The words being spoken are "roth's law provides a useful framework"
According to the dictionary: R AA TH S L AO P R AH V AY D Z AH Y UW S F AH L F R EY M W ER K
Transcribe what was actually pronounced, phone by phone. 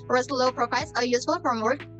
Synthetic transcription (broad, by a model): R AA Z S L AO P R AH F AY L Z AH Y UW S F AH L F R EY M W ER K